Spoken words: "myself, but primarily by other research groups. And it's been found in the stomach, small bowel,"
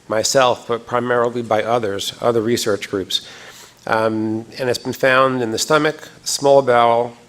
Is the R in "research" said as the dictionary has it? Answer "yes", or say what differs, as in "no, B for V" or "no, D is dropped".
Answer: yes